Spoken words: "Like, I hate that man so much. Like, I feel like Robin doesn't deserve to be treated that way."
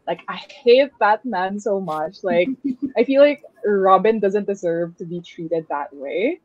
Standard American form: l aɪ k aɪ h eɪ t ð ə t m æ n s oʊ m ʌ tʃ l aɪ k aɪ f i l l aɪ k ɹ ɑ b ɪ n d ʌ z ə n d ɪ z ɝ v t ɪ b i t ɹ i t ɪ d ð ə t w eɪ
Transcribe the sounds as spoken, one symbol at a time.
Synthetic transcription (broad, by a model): l aɪ k aɪ h eɪ t ð ə t m æ n s oʊ m ʌ tʃ l aɪ k aɪ f i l l aɪ k ɹ ɑ b ɪ n d ʌ z ə n d ɪ z ɝ v t ɪ b i t ɹ i t ɪ d ð ə t w eɪ